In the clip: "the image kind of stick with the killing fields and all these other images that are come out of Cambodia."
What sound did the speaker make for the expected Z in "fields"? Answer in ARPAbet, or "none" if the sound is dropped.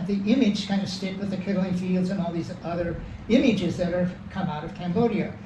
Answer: Z